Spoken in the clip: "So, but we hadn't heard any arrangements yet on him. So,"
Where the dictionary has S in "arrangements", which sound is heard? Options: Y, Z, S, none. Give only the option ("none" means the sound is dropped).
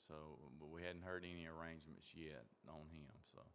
S